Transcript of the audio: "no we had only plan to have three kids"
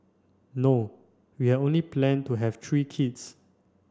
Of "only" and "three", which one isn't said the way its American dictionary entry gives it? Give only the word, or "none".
three